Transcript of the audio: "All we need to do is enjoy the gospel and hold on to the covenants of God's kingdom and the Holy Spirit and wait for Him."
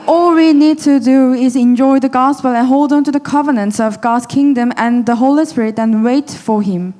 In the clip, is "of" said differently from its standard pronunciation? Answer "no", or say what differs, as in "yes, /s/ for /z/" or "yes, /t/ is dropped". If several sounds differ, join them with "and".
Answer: no